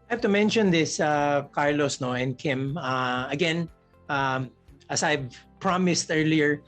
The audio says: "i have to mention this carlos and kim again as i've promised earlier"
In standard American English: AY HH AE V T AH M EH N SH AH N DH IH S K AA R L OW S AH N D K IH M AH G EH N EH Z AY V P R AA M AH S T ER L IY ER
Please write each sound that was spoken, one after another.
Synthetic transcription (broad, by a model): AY HH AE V T AH M EH N SH AH N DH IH S K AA R L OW S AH N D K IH M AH G EH N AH S AY V P R AA M AH S T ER L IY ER